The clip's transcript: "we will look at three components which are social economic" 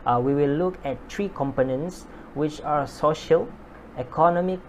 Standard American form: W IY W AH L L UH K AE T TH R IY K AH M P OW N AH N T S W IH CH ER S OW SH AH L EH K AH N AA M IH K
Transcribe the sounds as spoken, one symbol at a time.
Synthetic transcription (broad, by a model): W IY W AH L L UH K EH T T R IY K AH M P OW N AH N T S W IH CH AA S OW SH AH L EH K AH N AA M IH K